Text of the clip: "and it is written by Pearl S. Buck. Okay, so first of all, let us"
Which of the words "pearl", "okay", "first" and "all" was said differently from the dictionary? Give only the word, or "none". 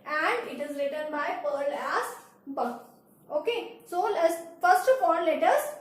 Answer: all